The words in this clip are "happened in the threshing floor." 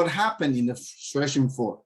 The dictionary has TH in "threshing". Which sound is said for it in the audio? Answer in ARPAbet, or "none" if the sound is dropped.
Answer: S